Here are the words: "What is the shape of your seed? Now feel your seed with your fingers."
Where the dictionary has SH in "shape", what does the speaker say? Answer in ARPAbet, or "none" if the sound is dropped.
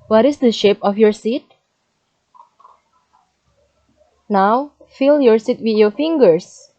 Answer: SH